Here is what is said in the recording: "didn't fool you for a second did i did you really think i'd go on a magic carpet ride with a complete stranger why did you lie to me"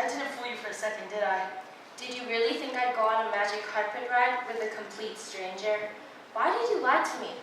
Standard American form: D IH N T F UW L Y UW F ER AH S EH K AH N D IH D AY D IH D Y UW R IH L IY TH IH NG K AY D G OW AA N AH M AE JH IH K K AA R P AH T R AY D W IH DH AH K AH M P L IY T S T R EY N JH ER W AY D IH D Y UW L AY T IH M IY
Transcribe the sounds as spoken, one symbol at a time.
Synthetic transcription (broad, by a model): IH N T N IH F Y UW F ER AH S EH K AH N D IH D AY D IH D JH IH R IH L IY TH IH NG K AY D G OW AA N AH M AE JH IH K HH AA R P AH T R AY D W IH DH AH K AH M P L IY T S T R EY N JH ER W AY D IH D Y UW L AY T IH M IY